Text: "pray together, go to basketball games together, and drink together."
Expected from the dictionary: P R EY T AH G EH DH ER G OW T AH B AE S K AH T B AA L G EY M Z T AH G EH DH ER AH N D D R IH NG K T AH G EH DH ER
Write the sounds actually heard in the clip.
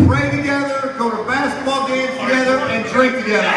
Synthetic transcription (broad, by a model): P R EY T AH G EH DH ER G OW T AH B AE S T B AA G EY Z T AH G EH DH ER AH N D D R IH K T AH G EH DH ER